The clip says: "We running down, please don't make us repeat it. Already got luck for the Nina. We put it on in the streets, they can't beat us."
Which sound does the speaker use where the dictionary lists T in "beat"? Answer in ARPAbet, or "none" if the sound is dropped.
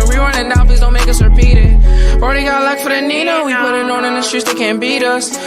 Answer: T